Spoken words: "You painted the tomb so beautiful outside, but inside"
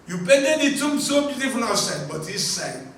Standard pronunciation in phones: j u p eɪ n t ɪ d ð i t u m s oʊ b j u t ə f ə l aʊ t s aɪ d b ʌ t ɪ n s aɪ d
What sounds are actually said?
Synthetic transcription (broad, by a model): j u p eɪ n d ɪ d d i t u m s oʊ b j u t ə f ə n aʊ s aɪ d b ʌ t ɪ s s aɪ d